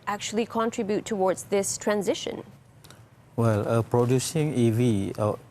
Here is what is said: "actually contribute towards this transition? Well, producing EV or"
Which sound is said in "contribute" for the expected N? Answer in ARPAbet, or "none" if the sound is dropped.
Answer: N